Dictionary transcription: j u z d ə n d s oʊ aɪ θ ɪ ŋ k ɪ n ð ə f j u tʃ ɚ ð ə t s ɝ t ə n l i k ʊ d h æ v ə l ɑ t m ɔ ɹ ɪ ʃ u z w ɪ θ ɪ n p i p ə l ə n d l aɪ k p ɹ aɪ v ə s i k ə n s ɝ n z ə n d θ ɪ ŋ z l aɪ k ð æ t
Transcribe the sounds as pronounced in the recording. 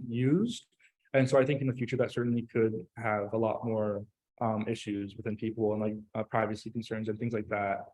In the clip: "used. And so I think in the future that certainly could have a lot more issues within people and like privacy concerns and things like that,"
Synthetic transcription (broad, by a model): j u z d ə n s oʊ aɪ θ ɪ ŋ k ɪ n ð ə f j u tʃ ɚ ð ə t s ɝ t n l i k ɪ d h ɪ v ə l ɑ t m ɔ ɹ ɪ ʃ u z w ɪ θ ɪ n p i p l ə n l aɪ k p ɹ aɪ v ə s i k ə n s ɝ n z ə n θ ɪ ŋ z l aɪ k ð æ t